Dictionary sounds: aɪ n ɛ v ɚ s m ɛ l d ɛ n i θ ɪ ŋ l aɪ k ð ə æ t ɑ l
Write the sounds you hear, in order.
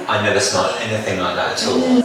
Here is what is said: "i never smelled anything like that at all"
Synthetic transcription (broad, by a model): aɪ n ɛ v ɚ s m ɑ d ɛ n i θ ɪ ŋ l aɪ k ð ə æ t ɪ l